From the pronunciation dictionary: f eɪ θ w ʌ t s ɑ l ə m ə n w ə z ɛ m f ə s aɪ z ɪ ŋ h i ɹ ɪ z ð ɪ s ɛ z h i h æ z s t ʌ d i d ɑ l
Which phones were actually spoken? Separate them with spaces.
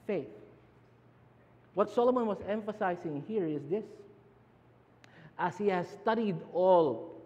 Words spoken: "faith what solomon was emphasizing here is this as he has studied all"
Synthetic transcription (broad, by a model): f eɪ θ w ʌ t s ɑ l ə m ə n w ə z ɛ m f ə s aɪ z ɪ ŋ h i ɹ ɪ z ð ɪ s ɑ s h i h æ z s t ʌ d i d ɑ l